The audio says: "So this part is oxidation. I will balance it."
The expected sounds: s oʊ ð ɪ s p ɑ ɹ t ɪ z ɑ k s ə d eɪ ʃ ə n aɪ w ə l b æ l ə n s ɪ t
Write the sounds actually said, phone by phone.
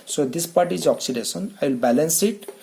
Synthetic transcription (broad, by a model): s oʊ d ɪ s p ɑ ɹ t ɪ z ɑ k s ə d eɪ s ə n aɪ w l b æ l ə n s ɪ t